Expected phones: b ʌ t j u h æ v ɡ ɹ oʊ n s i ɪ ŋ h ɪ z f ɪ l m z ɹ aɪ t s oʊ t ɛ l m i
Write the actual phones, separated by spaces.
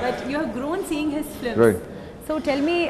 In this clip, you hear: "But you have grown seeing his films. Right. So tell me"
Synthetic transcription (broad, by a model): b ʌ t j u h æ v ɡ ɹ oʊ n s i ɪ ŋ h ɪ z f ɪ m ɹ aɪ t s oʊ t ɛ l m i